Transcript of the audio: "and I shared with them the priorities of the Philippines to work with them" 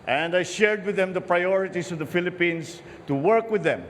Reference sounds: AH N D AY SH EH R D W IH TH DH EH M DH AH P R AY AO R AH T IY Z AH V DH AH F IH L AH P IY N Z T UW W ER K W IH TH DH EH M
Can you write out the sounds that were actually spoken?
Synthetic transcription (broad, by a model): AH N D AY SH EH R D W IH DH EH M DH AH P R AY AO R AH T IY S AH V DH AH F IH L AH P IY N S T UW W ER K W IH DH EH M